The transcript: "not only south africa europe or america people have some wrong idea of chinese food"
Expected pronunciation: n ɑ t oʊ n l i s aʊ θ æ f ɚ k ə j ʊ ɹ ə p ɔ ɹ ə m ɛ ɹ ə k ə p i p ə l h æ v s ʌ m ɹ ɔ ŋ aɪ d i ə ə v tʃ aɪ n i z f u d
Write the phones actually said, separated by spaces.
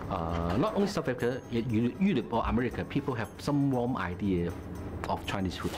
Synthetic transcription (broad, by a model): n ɑ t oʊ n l i s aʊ f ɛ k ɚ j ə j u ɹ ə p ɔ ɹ ə m ɛ ɹ ə k ə p i p ə l h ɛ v s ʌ m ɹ ɔ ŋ aɪ d i ə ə f tʃ aɪ n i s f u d